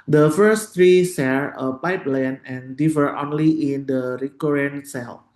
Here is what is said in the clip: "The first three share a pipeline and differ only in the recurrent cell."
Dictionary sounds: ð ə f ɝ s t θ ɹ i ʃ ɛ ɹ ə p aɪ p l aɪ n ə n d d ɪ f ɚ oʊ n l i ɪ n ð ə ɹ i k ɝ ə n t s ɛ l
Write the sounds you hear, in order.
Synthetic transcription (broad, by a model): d ə f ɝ s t ɹ i s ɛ ɹ ə p aɪ p l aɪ n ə n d d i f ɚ oʊ n l i ɪ n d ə ɹ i k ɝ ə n s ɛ l